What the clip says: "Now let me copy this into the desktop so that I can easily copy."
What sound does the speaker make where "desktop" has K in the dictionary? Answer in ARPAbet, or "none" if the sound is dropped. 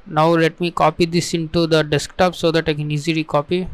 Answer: K